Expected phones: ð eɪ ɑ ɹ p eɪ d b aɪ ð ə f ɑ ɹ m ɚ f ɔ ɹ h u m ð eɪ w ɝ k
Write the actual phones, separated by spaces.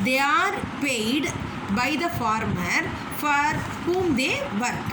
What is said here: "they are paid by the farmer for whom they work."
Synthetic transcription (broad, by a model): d eɪ ɑ ɹ p eɪ d b aɪ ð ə f ɑ ɹ m ɚ f ɔ ɹ h u m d eɪ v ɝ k